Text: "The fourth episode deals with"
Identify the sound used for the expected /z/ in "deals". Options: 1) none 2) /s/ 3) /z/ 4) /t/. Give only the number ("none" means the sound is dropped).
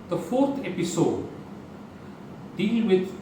1